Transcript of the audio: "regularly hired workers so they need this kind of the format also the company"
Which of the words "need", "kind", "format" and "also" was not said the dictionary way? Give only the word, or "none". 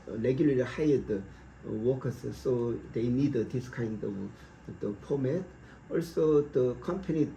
format